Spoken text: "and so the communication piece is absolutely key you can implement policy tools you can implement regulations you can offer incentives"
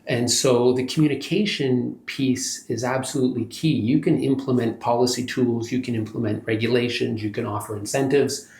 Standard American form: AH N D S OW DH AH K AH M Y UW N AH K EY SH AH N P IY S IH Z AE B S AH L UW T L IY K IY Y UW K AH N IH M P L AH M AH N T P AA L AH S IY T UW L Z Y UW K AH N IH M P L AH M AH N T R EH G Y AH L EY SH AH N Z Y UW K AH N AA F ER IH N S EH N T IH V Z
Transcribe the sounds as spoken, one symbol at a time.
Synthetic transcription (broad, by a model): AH N S OW DH AH K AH M Y UW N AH K EY SH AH N P IY S IH Z AE B S AH L UW T L IY K IY Y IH K AH N IH M P L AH M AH N P AA L AH S IY T UW L Z Y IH K AH N IH M P L AH M AH N T R EH G Y AH L EY SH AH N Z Y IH K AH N AA F ER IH N S EH N T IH V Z